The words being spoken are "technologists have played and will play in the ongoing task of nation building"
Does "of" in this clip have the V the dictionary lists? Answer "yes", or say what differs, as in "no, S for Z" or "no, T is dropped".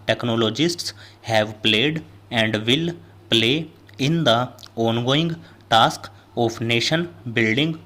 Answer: no, P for V